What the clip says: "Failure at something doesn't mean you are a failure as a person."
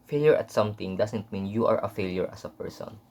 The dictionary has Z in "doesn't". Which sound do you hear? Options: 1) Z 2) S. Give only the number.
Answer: 2